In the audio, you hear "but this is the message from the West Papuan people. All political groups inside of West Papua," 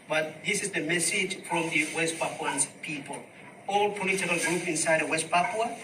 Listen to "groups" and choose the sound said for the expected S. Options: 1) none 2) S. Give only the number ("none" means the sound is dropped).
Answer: 1